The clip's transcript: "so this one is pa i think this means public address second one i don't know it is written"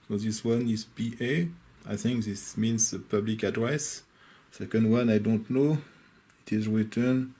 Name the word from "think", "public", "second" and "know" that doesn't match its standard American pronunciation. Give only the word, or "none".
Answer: none